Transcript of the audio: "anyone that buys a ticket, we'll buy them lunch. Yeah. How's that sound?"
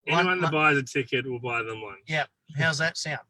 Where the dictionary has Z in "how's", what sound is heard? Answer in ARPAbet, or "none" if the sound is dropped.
Z